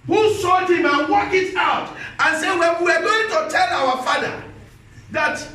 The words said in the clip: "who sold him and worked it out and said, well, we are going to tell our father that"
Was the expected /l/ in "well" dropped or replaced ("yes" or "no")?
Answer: yes